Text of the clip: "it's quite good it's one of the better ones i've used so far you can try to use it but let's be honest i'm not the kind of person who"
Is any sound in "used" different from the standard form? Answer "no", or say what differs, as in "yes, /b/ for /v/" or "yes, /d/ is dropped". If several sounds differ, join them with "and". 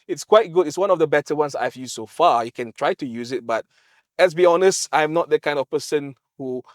yes, /s/ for /z/